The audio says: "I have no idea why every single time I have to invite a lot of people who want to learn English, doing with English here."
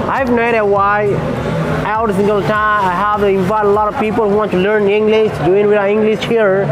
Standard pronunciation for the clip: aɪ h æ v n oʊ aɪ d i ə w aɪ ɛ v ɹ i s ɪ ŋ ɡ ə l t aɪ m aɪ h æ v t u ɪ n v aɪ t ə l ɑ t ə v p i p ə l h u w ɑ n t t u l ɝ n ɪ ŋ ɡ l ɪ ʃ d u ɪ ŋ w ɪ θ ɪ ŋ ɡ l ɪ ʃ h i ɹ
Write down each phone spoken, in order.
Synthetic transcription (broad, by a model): aɪ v n oʊ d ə w aɪ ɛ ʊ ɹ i s ɪ ŋ ɡ ə l t aɪ m aɪ h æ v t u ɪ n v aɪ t ə l ɑ t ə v p i p ə l h u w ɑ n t t u l ɝ n ɪ ŋ ɡ l ɪ ʃ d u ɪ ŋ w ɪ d ɪ ŋ ɡ l ɪ ʃ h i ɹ